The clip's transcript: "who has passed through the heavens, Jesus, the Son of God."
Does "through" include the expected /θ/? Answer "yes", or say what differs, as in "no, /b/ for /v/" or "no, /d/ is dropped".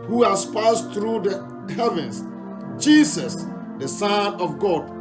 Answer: no, /t/ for /θ/